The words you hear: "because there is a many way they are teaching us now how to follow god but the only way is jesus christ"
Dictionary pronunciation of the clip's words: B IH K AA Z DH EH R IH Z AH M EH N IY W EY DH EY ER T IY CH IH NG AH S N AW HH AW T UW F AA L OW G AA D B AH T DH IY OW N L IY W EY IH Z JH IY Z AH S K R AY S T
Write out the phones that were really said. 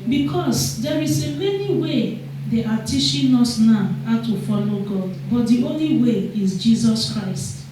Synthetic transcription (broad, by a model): B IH K AA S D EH R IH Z AH M EH N IY W EY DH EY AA T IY SH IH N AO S N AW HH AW T UW F AA L OW G AA D B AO T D IY OW N L IY W EY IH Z JH IY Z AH S K R AY S T